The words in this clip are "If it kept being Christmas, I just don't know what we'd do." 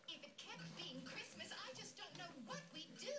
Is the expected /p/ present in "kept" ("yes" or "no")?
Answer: yes